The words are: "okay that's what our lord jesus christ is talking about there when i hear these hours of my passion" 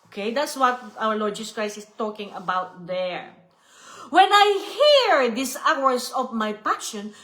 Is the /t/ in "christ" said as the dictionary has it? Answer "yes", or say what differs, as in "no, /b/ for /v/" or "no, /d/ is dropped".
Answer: no, /t/ is dropped